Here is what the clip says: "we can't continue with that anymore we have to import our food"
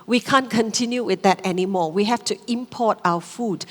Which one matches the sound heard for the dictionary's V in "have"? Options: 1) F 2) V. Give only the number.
1